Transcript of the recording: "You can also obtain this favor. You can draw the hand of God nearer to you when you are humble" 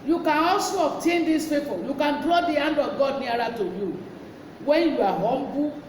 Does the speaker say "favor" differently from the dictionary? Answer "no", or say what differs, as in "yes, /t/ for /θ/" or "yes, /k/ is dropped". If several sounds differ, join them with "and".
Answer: yes, /p/ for /f/ and /p/ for /v/